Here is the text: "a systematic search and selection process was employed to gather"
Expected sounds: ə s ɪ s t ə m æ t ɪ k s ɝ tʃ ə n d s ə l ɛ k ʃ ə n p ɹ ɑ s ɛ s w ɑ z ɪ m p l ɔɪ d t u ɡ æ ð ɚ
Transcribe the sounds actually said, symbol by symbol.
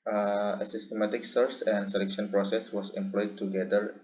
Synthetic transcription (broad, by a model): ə s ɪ s t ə m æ t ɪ k s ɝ s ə n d s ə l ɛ k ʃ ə n p ɹ ɑ s ɛ s w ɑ s ɪ m p l ɔɪ d t u ɡ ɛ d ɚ